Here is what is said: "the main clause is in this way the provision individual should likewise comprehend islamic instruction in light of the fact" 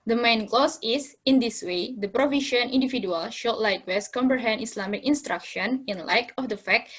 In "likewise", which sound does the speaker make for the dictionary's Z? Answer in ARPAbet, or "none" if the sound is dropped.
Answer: S